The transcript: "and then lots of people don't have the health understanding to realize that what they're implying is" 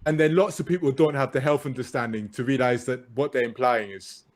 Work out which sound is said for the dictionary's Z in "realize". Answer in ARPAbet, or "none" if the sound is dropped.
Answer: Z